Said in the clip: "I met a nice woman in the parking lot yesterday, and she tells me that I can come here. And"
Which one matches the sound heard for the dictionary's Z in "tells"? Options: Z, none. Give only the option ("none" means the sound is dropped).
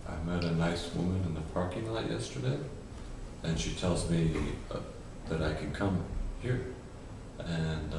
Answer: Z